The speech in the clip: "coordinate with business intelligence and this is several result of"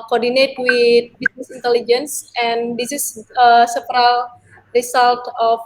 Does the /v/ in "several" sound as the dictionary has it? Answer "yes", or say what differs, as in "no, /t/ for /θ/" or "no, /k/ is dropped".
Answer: no, /p/ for /v/